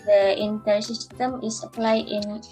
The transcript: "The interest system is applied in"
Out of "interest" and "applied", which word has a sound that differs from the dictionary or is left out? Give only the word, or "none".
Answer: interest